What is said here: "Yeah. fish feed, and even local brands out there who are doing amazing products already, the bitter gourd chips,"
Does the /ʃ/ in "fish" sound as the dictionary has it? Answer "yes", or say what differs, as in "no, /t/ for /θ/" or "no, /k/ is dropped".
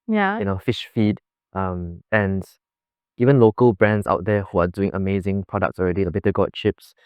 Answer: yes